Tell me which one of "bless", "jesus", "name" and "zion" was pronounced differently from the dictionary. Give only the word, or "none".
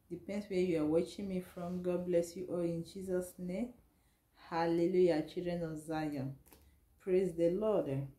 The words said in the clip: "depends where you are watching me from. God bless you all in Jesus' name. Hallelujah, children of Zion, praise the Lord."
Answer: none